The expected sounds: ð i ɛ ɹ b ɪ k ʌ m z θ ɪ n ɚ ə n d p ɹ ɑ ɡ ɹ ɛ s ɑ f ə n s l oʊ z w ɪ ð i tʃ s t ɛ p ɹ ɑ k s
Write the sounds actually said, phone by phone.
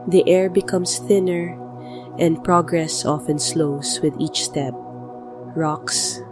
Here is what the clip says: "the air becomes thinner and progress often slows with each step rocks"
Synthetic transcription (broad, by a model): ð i ɛ ɹ b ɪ k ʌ m s θ ɪ n ɚ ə n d p ɹ ɑ ɡ ɹ ɛ s ɑ f ə n s l oʊ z w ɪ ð i tʃ s t ɛ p ɹ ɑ k s